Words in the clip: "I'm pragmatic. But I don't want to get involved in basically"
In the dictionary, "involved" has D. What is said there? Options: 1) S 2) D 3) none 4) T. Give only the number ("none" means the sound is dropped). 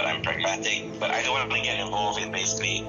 3